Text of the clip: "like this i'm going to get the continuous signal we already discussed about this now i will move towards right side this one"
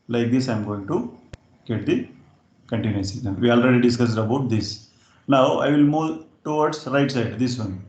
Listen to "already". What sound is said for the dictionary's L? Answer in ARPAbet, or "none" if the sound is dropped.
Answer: L